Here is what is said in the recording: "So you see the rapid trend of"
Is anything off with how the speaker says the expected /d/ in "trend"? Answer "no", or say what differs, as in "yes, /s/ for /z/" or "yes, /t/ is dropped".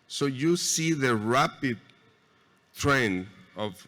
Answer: yes, /d/ is dropped